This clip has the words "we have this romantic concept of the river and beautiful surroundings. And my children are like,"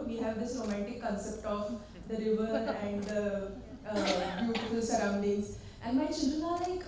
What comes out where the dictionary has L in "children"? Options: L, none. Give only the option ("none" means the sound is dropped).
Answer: none